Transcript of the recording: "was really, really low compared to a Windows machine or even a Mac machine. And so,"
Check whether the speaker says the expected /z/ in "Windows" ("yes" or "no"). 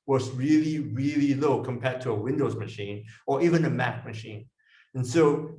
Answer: yes